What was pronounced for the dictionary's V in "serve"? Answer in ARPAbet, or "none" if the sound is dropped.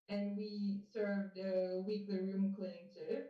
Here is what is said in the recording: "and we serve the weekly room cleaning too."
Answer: V